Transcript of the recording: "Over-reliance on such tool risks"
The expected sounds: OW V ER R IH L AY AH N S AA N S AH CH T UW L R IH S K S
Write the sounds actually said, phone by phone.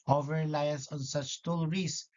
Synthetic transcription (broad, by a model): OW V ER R L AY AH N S AA N S AH CH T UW L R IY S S